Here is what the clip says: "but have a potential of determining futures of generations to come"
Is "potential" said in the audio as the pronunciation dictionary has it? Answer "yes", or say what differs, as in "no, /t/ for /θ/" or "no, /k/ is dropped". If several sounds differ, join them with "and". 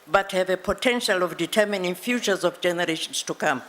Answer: yes